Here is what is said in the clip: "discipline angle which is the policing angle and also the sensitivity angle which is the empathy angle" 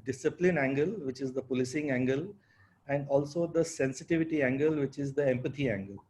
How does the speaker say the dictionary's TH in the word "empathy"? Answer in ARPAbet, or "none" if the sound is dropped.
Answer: T